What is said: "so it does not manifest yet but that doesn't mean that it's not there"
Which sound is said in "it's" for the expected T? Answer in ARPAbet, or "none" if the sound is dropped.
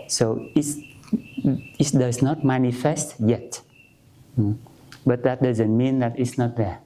T